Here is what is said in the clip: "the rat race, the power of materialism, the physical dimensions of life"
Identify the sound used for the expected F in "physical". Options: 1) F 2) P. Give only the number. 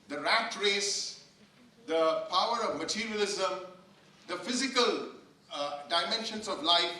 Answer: 1